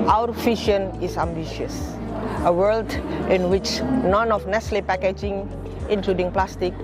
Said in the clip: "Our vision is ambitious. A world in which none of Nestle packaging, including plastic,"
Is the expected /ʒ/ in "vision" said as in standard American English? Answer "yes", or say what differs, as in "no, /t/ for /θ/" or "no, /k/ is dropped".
no, /ʃ/ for /ʒ/